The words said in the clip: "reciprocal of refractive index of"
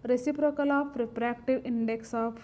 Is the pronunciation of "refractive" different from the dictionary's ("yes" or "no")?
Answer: yes